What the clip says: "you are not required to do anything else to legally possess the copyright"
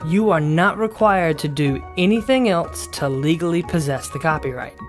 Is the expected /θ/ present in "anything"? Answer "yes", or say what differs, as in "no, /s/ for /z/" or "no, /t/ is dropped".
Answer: yes